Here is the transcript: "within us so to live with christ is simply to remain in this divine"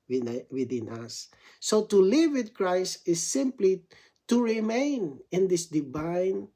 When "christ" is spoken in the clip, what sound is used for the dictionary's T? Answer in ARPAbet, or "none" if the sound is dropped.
T